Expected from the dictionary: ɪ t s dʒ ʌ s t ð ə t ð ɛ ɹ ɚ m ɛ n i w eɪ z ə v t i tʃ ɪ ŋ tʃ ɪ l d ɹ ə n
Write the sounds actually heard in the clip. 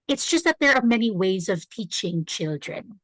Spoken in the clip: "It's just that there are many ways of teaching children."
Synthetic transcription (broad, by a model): ɪ t s dʒ ʌ s t ð ə t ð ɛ ɹ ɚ m ɛ n i w eɪ z ə v t i tʃ ɪ ŋ tʃ ɪ l d ɹ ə n